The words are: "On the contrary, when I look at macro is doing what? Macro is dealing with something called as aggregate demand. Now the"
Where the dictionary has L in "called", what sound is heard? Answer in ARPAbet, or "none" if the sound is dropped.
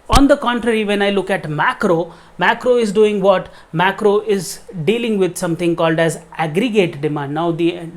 L